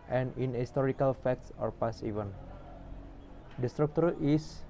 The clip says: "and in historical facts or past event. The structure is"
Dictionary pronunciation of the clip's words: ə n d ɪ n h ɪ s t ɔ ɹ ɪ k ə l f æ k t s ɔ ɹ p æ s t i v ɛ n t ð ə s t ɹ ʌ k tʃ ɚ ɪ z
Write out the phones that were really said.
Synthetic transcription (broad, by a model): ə n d ɪ n h ɪ s t ɔ ɹ ɪ k ə l f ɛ k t s ɔ ɹ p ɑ s i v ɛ n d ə s t ɹ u k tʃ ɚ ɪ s